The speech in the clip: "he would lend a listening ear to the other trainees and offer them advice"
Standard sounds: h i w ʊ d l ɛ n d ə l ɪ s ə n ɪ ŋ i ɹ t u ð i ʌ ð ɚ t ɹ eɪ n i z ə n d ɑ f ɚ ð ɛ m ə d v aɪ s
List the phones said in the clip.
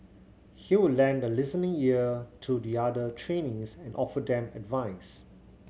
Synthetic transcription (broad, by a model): h i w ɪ l ɛ n d ə l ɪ s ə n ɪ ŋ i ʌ t u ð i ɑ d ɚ t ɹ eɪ n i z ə n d ɑ f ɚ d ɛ m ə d v aɪ s